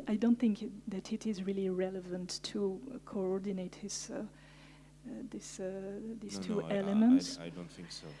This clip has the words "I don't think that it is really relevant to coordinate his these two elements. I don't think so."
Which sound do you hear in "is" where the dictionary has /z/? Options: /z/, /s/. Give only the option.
/z/